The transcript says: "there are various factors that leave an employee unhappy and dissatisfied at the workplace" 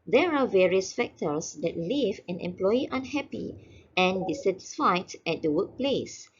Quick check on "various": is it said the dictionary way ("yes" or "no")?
yes